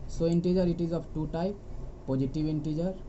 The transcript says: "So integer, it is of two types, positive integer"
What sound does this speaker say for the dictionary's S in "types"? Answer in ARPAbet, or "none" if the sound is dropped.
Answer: none